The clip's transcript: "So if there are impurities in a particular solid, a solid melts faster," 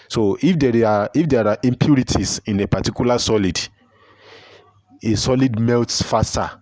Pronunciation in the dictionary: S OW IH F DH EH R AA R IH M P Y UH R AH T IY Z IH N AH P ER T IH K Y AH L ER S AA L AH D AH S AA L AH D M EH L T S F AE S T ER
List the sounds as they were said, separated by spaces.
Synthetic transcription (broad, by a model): S OW IH F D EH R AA R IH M P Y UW R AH T IY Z IH N AH P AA T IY K Y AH L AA S AA L AH D AH S AA L AH D M EH L T S F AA S T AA